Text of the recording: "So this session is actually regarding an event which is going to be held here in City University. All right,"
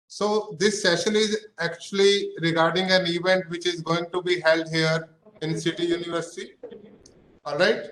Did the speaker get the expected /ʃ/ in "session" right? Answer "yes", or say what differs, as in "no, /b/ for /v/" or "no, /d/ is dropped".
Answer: yes